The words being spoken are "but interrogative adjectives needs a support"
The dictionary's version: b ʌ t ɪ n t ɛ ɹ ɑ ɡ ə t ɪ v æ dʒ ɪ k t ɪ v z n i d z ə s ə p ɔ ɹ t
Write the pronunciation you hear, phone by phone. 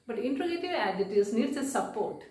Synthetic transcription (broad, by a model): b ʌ t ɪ n t ɹ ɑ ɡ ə t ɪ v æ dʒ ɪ t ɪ z n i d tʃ ə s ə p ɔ ɹ t